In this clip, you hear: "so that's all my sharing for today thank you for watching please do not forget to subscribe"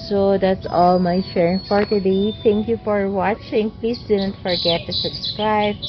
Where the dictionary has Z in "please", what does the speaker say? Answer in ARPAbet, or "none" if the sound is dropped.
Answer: S